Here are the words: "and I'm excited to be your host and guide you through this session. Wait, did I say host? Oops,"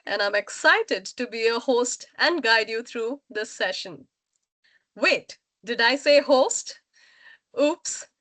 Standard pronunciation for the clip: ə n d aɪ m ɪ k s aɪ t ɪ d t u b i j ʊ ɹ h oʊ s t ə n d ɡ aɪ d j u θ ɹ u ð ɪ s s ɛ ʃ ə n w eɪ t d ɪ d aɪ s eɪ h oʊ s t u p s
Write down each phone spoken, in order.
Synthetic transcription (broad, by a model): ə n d aɪ m ɪ k s aɪ t ɪ d t u b i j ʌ h oʊ s t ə n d ɡ aɪ d j u t ɹ u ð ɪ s s ɛ ʃ ə n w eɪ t d ɪ d aɪ s eɪ h oʊ s t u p s